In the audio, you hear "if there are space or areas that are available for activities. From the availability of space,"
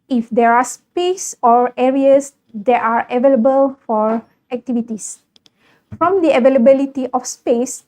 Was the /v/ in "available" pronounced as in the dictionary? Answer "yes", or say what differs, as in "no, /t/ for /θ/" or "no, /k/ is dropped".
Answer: yes